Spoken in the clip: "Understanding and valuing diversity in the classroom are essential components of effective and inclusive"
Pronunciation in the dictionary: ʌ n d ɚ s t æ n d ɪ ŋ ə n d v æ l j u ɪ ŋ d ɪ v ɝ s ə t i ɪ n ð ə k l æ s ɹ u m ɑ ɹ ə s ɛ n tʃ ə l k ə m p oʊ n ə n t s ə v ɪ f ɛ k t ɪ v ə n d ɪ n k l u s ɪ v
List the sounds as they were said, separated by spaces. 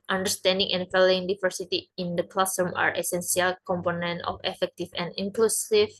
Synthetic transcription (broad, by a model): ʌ n d ɚ s t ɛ n d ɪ ŋ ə n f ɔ l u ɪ ŋ d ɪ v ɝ s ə t i ɪ n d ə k l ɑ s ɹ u m ɑ ɹ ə s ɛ n s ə l k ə m p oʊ n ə n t ə f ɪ f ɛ k t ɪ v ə n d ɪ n k l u s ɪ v